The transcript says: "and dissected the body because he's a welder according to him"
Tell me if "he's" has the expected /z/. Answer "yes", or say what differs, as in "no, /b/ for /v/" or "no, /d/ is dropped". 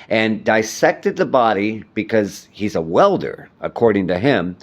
yes